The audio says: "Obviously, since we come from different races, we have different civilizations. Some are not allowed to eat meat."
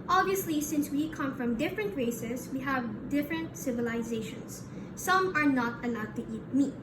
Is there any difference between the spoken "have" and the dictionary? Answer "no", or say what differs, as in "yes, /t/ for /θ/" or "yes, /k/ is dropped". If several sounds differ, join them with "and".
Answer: no